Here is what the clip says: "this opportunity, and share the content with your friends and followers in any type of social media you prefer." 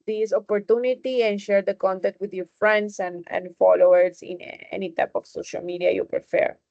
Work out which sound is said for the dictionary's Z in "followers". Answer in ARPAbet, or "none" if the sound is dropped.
S